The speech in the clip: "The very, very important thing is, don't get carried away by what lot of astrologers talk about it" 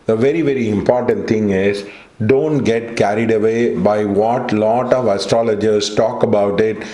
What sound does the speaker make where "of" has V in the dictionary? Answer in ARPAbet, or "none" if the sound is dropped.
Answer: V